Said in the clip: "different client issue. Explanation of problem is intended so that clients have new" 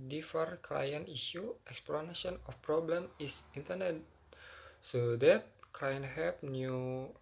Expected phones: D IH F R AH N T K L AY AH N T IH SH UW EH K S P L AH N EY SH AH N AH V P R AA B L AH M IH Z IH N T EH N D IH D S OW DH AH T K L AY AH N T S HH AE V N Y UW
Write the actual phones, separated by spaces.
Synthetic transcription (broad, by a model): D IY F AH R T K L AY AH N IY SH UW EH K S P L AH N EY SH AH N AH F P R AA B L AH M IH S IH N T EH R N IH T S OW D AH T K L AY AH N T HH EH P N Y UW